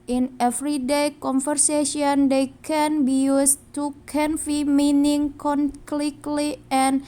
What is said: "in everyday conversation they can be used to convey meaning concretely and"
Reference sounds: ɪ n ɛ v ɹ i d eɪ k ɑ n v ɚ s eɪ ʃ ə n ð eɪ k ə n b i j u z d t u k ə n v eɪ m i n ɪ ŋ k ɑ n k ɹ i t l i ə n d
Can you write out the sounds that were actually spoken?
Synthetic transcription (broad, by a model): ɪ n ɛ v ɹ i d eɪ k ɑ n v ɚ s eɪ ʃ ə n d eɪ k ə n b i j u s t u k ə n f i m i n ɪ ŋ k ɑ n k l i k l i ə n